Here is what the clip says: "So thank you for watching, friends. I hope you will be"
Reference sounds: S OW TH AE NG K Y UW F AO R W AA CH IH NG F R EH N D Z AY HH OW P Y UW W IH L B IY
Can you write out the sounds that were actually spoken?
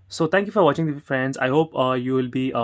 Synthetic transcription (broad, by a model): S OW T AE NG K Y UW F AO R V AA CH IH NG F R EH N D Z AY HH OW P Y UW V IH L B IY